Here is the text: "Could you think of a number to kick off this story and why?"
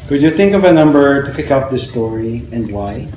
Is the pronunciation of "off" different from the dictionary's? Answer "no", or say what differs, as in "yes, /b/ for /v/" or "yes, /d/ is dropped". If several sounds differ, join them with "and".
yes, /p/ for /f/